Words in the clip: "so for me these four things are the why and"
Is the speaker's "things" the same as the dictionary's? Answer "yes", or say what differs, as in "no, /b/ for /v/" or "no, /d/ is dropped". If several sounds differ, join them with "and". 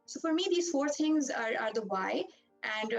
no, /t/ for /θ/